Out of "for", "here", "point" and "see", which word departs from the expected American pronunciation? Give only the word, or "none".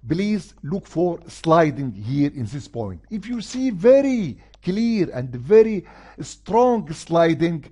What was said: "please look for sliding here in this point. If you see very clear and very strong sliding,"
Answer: none